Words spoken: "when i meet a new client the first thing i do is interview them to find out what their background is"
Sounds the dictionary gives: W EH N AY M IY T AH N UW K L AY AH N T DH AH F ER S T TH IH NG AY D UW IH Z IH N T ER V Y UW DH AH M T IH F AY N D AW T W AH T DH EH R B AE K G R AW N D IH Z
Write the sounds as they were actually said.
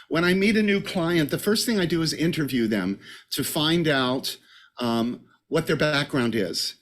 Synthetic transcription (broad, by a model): W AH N AY M IY T AH N UW K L AY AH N DH AH F ER S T TH IH NG AY D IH IH Z IH N T ER V Y UW DH AH M T IH F AY N D AW T W AH T DH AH R B AE K G R AW N D IH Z